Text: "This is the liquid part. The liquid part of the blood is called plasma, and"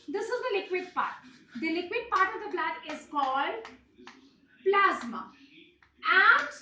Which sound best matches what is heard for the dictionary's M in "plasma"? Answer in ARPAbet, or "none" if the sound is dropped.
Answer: M